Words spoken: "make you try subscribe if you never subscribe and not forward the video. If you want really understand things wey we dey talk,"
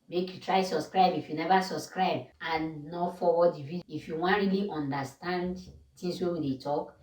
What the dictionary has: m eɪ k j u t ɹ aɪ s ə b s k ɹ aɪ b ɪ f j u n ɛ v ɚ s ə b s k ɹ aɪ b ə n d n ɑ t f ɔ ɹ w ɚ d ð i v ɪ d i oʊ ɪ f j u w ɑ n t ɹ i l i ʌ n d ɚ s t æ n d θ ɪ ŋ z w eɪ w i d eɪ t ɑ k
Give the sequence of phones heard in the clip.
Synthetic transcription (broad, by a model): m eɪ k j u t ɹ aɪ s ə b s k ɹ aɪ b ɪ f j u n ɛ v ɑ s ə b s k ɹ aɪ b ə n n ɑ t f ɔ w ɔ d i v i ɪ f j u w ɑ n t ɹ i l i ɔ n d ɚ s t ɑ n d t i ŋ s w eɪ w i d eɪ t ɑ k